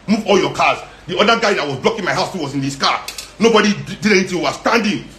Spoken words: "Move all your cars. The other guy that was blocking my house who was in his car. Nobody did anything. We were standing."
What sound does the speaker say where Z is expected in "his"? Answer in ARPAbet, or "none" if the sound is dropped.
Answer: S